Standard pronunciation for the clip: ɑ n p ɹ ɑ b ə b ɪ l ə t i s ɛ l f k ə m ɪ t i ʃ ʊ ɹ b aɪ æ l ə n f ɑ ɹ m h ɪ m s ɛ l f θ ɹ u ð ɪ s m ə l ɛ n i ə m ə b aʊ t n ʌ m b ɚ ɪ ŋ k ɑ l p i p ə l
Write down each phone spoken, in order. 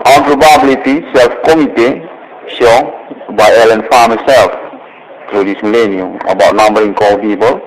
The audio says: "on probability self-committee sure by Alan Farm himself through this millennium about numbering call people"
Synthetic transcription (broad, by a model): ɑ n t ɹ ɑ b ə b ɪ l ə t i s ɛ l f k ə m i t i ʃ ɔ b aɪ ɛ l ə n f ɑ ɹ m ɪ s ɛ l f t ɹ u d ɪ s m ə l ɛ n i ə m ə b aʊ t n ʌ m b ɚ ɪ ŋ k ɑ l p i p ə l